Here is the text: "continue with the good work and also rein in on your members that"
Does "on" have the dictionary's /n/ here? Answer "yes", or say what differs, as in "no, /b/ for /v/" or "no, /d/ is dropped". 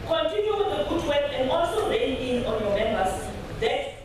yes